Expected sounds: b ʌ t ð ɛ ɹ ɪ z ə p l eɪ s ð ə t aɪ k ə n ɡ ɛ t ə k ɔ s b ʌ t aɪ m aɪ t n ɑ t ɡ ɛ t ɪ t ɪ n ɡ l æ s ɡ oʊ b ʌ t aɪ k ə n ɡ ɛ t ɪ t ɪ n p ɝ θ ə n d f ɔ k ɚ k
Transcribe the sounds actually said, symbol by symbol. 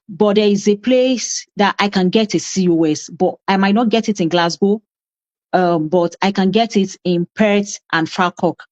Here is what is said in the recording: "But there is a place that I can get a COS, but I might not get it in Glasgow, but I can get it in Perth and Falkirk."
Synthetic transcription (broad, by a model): b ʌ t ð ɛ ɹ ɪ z ə p l eɪ s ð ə t aɪ k ə n ɡ ɛ t ə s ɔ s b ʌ t aɪ m aɪ t n ɑ t ɡ ɛ t ɪ t ɪ n ɡ l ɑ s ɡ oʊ b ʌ t aɪ k ə n ɡ ɛ t ɪ t ɪ n p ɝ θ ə n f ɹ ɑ k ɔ k